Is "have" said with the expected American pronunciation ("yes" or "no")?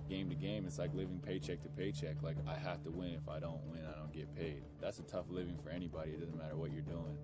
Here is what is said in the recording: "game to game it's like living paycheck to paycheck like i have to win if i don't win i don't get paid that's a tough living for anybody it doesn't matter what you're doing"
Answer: no